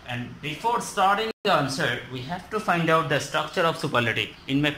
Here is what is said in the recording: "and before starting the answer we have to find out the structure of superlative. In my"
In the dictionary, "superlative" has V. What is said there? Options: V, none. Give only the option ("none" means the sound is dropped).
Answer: none